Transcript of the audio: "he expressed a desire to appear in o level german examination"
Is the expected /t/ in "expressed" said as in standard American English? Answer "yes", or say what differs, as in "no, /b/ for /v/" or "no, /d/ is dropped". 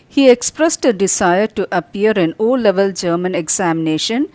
yes